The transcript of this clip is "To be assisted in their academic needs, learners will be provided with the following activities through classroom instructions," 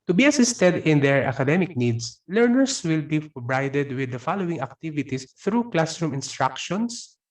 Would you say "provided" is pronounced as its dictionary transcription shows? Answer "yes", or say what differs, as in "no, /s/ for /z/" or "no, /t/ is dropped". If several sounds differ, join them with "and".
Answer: no, /b/ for /v/